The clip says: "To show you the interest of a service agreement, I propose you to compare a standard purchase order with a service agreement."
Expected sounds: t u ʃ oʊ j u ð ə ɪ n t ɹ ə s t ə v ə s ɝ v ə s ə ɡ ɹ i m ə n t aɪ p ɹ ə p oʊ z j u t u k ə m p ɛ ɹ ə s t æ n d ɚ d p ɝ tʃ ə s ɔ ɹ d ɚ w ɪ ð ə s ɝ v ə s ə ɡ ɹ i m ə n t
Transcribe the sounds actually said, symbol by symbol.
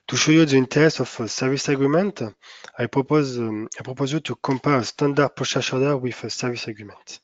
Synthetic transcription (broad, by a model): t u ʃ oʊ j u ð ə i n t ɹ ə s ə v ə s ɝ v ə s ə ɡ ɹ i m ə n t aɪ p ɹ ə p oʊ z j u t u k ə m p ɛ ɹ ə s t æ n d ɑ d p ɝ ʃ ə ʃ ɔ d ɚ w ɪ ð ə s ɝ v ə s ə ɡ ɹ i m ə n t